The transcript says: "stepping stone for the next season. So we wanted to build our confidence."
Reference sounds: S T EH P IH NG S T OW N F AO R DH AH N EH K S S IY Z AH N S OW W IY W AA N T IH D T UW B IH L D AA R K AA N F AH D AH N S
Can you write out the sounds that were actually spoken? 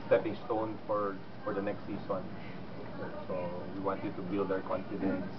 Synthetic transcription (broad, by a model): S T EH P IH NG S T OW N F AO R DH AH N EH K S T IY S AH N S OW W IY W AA N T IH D T UW B IH L D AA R K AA N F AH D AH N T